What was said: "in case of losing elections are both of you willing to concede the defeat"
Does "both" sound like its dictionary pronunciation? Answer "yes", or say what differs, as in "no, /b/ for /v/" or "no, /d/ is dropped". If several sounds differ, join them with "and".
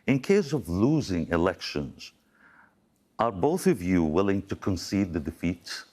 yes